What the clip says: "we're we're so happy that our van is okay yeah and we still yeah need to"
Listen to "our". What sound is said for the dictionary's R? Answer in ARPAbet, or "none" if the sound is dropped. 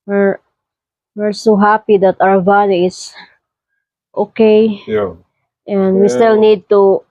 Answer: W